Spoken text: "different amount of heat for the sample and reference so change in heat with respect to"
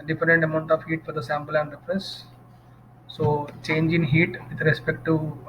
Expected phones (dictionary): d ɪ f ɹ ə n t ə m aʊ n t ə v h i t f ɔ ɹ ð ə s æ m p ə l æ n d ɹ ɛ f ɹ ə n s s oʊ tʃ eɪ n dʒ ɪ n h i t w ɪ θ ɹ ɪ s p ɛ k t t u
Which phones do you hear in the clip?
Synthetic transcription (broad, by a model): d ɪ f ɹ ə n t ə m aʊ n t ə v h i t f ɔ ɹ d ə s æ m p ə l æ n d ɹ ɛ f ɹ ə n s s oʊ tʃ eɪ n dʒ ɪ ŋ h i t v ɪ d ɹ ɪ s p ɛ k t t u